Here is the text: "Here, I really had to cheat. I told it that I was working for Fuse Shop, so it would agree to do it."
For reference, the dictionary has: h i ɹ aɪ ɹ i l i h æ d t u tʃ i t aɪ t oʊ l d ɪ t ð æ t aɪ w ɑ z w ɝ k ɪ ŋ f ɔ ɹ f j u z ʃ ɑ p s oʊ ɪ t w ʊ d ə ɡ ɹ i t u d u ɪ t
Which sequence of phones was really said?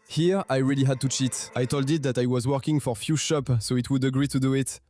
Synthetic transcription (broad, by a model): h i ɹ aɪ ɹ i l i h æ d t u tʃ i t aɪ t oʊ l d ɪ t ð æ t aɪ w ɑ z w ɝ k ɪ ŋ f ɔ ɹ f j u ʃ ɑ p s oʊ ɪ t w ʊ d ə ɡ ɹ i t u d u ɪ t